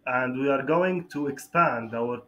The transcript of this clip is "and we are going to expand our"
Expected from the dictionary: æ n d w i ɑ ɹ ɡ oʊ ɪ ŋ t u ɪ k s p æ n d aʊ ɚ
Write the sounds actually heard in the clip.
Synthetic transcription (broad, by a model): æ n d w i ɑ ɹ ɡ oʊ ɪ ŋ t u ɪ k s p æ n d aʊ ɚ